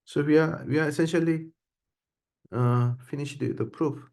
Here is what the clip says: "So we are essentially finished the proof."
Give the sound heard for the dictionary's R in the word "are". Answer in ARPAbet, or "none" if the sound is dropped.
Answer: W